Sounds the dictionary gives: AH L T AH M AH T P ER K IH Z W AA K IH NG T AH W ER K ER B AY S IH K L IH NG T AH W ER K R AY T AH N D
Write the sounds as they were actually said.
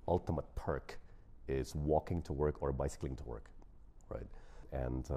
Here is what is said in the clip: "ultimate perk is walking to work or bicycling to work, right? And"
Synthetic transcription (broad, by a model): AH L T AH M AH T P ER K IH Z W AA K IH NG T AH W ER K ER B AY S IH K L IH NG T AH W ER K R AY T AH N